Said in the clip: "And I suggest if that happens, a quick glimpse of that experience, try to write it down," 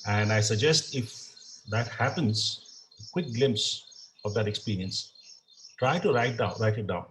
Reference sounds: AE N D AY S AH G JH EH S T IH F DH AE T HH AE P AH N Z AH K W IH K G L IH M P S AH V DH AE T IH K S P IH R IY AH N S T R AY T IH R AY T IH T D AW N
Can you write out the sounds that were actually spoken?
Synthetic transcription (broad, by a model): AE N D AY S AH G JH EH S T IH F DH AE T HH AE P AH N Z AH K W IH K G L IH M P S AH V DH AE T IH K S P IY R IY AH N S T R AY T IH R AY T IH T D AW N